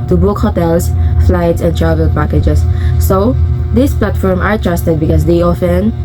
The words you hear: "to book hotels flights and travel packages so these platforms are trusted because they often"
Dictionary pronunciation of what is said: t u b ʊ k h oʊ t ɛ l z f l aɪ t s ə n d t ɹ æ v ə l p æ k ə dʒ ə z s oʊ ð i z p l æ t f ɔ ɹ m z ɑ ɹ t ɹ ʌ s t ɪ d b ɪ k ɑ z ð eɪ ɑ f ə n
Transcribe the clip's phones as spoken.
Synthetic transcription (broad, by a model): t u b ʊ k h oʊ t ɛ l s f l aɪ t s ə n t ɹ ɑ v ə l p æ k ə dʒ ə s oʊ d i s p l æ t f ɔ ɹ m ɑ ɹ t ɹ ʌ s t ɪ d b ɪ k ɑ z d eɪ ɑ f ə n